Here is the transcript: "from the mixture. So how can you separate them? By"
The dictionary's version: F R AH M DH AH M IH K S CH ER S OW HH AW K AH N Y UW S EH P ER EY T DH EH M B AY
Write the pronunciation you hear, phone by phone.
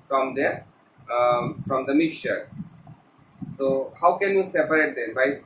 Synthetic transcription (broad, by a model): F R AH M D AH M IH K S CH ER S OW HH AW K AH N Y UW S EH P ER EY T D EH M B AY